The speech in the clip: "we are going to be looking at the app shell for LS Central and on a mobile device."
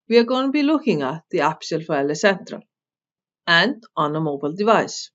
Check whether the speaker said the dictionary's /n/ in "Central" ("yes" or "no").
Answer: yes